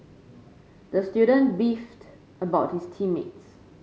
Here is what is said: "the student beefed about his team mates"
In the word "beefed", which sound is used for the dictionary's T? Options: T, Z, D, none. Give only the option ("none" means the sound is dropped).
T